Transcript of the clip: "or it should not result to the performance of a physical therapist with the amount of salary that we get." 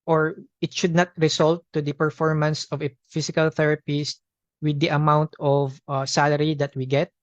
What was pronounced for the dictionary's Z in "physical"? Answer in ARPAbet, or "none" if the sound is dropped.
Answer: S